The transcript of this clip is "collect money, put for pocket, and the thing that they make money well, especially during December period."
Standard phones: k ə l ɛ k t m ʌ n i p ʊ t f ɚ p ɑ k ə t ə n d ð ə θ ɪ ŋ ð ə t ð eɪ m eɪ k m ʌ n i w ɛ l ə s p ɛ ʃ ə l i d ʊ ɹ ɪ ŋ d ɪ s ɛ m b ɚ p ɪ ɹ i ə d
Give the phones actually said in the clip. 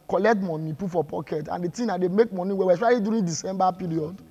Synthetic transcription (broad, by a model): k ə l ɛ k t m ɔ n i p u f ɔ p ɑ k ə t ə n d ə t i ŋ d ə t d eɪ m eɪ k m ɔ n i w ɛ w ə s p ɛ ə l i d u ɹ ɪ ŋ d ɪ s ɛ m b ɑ p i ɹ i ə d